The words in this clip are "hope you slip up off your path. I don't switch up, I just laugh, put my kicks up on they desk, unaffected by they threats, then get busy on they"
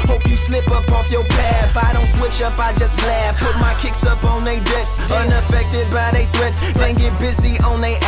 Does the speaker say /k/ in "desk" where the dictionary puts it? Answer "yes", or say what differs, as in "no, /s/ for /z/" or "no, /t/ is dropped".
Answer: no, /k/ is dropped